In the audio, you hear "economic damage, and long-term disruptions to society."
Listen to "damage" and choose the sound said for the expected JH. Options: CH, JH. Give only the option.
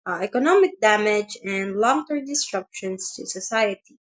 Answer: JH